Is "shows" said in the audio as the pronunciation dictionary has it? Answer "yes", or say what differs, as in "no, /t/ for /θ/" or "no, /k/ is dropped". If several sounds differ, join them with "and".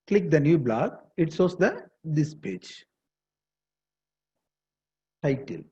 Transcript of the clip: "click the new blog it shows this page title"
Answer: no, /s/ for /ʃ/